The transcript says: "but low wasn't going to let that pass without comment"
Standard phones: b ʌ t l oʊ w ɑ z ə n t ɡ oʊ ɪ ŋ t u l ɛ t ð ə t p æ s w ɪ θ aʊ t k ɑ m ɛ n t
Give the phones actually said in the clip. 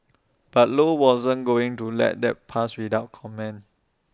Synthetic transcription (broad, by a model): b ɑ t l oʊ w ɑ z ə n ɡ oʊ ɪ ŋ t u l ɛ t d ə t p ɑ s w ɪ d aʊ t k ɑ m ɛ n